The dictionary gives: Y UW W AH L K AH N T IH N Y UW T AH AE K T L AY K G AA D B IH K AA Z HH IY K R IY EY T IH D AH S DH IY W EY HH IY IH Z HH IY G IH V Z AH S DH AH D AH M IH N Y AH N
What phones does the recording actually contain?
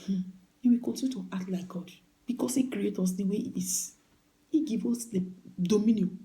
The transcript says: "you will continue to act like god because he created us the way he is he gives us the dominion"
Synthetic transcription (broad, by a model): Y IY W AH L K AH N T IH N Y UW T AH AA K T L AY K G AA D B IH K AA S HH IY K R IY EY T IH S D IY W EY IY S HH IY G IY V AO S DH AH D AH M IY N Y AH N